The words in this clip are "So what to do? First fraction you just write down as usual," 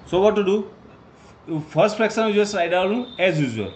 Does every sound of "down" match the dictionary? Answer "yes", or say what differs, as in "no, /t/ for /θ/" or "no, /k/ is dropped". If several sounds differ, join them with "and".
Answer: no, /l/ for /n/